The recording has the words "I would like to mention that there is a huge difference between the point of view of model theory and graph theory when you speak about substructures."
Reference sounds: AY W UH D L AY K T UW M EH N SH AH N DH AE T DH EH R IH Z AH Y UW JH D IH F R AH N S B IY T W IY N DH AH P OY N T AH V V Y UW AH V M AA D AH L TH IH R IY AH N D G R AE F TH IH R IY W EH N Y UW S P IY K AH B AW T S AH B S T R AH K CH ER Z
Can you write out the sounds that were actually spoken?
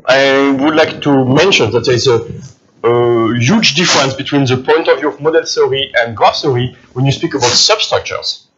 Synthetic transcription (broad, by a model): AY W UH D L AY K T UW M EH N SH AH N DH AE T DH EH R IH Z AH Y UW JH D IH F R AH N S B IY T W IY N DH AH P OY N T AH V V Y UW AH V M AA D AH L S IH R IY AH N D G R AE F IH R IY W EH N Y UW S P IY K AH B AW T S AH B S T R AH K CH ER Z